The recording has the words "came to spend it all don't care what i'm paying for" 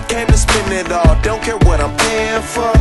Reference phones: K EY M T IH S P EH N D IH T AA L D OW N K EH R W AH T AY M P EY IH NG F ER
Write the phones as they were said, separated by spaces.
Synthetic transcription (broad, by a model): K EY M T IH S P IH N IH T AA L D OW N K EH R W AH T AY M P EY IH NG F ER